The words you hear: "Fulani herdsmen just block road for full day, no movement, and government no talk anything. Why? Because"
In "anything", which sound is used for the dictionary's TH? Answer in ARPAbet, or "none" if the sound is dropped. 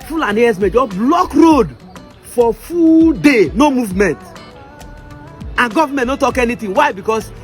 T